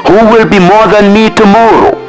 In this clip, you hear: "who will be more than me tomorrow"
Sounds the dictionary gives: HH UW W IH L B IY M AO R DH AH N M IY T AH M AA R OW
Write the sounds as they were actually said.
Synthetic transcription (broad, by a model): HH UW W IH L B IY M AO R DH AH N M IY T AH M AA R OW